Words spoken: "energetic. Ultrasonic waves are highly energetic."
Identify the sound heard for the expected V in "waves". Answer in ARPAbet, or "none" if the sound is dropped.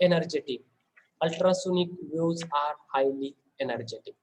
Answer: none